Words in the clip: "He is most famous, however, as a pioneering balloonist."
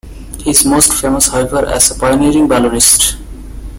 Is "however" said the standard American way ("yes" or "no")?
no